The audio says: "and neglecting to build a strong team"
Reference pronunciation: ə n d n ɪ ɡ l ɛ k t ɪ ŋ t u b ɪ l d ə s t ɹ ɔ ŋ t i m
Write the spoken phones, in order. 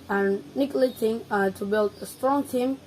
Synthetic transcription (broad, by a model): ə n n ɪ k l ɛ t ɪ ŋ t u b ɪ l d ə s t ɹ ɔ ŋ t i m